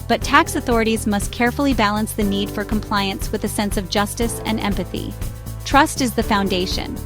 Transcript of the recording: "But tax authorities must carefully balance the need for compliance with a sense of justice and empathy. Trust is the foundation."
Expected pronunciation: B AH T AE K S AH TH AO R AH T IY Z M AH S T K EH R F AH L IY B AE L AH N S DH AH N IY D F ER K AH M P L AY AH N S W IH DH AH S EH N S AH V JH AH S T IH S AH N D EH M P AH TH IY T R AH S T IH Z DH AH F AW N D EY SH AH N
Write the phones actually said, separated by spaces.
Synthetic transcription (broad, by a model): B AH T AE K S AH TH AO R AH T IY Z M AH S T K EH R F L IY B AE L AH N S DH AH N IY D F ER K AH M P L AY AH N S W IH DH AH S EH N S AH V JH AH S T IH S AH N EH M P AH TH IY T R AH S T IH Z DH AH F AW N D EY SH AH N